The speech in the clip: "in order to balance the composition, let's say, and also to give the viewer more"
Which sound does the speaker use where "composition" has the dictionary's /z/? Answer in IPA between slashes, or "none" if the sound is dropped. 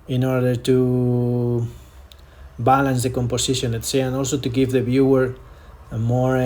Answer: /s/